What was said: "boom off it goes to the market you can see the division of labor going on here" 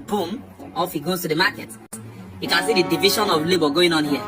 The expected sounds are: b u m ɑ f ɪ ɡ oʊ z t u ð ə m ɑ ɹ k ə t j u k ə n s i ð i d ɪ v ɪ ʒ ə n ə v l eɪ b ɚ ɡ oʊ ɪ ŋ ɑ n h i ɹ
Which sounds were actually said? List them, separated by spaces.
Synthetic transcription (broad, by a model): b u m ɑ f ɪ ɡ oʊ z t u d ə m ɑ k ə t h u k ə n s i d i d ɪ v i ʃ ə n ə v l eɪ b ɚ ɡ oʊ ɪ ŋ ɑ n h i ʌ